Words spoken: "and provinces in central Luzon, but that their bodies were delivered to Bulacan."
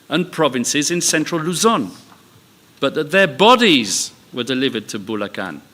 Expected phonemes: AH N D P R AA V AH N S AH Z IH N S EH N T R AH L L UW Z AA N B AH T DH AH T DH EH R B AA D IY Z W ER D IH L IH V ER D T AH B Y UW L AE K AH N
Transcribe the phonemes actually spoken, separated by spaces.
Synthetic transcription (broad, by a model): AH N P R AA V AH N S AH Z IH N S EH N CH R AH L L UW Z AA N B AH T DH AH T DH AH B AA D IY Z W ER D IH L IH V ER D T AH B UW L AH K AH N